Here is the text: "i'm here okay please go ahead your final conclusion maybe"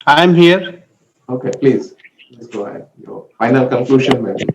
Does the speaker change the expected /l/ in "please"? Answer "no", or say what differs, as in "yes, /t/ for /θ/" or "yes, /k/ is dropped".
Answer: no